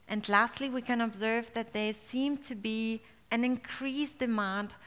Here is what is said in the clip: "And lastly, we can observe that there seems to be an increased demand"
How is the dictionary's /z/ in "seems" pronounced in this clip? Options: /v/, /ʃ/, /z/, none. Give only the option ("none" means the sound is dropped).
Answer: none